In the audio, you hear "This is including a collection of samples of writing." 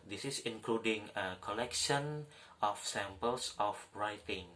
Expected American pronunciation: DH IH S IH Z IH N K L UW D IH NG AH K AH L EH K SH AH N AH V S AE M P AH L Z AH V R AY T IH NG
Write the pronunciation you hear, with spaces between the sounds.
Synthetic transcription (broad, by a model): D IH S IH S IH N K L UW D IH NG AH K AH L EH K SH AH N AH F S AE M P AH L S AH F R AY T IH NG